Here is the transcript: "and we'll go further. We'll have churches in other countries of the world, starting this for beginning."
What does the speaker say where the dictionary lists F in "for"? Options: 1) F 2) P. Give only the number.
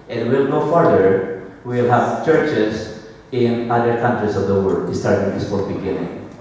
2